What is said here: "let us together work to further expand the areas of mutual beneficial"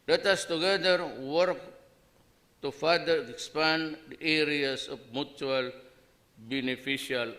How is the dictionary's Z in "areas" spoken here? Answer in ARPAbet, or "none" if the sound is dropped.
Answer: S